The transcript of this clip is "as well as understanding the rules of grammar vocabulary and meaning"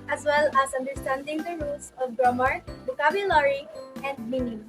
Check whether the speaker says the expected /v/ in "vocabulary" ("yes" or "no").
no